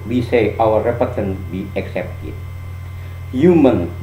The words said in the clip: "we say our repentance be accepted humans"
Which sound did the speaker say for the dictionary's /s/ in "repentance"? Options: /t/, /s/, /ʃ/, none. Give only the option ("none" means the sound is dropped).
none